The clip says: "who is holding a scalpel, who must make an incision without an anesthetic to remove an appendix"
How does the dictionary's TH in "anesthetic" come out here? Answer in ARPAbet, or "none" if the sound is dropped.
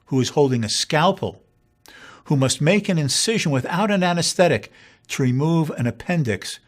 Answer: TH